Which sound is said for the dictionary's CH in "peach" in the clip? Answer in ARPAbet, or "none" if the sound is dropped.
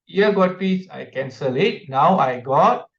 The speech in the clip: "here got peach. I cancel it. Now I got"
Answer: S